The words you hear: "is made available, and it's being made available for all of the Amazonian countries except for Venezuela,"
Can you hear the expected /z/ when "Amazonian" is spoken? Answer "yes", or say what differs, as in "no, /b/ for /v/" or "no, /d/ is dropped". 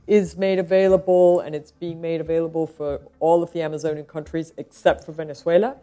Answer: yes